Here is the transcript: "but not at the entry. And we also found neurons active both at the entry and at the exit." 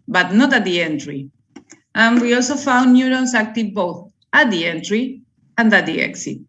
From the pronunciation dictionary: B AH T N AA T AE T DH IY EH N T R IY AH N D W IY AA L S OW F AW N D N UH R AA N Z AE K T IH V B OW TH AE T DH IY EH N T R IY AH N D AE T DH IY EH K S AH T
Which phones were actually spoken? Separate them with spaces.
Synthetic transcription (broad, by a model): B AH T N AA T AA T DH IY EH N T R IY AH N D W IY AA L S OW F AW N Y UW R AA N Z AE K T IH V B OW TH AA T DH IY EH N T R IY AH N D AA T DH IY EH K S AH T